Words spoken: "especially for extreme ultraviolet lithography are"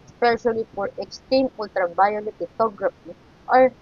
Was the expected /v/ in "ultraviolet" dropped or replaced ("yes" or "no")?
yes